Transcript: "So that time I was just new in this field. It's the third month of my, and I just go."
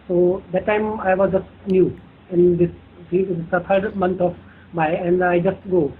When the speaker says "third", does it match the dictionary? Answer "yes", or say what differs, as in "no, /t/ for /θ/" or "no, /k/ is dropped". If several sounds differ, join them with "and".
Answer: no, /t/ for /θ/